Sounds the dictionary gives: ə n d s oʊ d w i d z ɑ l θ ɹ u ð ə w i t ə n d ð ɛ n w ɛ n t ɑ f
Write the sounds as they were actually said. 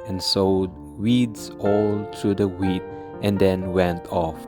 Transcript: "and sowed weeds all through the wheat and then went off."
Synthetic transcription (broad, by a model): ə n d s oʊ d w i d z ɑ l t ɹ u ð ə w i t ə n d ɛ n w ɛ n t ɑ f